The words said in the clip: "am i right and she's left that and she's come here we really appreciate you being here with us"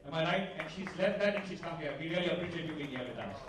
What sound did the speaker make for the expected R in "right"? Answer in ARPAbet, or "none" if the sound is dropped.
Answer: L